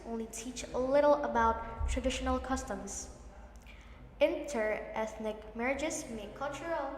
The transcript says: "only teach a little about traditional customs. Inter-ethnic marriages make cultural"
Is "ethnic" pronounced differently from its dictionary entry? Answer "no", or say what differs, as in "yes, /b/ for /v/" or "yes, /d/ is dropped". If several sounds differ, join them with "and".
no